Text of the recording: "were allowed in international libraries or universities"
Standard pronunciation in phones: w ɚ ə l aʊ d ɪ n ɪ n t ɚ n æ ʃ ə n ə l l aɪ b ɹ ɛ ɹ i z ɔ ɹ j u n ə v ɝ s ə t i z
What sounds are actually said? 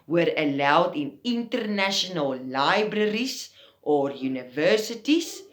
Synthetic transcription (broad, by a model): w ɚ ə l aʊ d ɪ n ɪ n t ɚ n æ ʃ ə n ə l l aɪ b ɹ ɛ ɹ i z ɔ ɹ j u n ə v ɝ s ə t i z